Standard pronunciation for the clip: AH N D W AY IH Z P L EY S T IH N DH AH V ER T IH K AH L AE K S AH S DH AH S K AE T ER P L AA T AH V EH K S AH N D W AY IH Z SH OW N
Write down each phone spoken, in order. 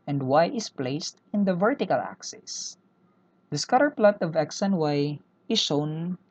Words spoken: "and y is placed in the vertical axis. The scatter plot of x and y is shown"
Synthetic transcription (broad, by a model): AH N D W AY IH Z P L EY S T IH N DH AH V ER T IH K AH L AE K S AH S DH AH S K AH T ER P L AA T AH V EH K S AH N W AY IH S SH OW N